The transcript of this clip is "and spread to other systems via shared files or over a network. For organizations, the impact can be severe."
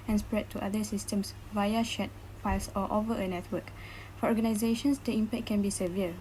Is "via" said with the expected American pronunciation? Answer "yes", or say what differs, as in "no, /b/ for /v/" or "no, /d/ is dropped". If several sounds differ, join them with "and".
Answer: yes